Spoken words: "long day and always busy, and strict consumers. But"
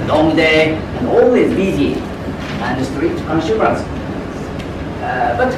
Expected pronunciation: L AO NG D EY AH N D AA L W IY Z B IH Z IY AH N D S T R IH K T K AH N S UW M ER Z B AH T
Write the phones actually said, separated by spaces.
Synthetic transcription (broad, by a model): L AO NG D EY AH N AA L W IY Z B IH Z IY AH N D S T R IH T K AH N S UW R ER S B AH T